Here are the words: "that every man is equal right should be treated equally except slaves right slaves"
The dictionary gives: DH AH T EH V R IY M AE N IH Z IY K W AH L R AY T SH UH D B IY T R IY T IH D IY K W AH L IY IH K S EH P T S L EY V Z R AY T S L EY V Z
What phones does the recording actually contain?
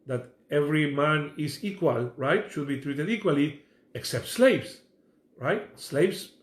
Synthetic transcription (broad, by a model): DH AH T EH V R IY M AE N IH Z IY K W AH L R AY T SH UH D B IY T R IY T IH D IY K W AH L IY IH K S EH P T S L EY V S R AY T S L EY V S